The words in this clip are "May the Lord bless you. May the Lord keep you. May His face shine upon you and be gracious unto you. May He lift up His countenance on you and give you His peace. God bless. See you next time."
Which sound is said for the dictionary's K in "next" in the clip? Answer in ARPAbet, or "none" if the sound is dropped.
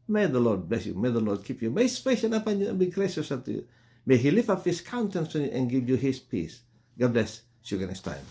none